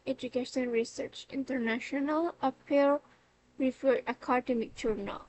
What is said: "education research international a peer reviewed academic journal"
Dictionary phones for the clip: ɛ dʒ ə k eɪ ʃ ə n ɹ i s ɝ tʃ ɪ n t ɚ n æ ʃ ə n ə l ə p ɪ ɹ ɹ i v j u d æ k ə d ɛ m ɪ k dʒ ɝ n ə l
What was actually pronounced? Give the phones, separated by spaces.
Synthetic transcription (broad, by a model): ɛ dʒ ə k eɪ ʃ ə n ɹ i s ɝ tʃ ɪ n t ɚ n æ ʃ ə n ə l ə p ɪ l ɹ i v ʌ æ k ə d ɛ m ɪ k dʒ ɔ n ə l